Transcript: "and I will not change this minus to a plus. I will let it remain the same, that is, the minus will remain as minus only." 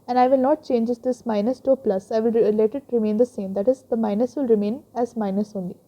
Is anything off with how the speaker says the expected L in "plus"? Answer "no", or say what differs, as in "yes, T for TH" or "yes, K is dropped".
no